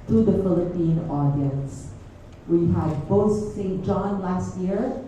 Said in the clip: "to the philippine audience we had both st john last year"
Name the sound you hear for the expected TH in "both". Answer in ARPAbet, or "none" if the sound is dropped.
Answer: T